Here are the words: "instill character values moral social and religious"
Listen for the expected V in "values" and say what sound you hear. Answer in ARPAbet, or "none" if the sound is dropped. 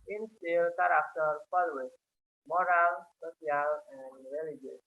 P